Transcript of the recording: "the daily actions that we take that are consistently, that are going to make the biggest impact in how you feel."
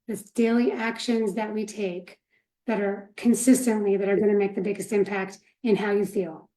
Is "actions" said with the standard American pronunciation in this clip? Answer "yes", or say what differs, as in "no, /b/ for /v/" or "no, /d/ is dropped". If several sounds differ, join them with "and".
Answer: yes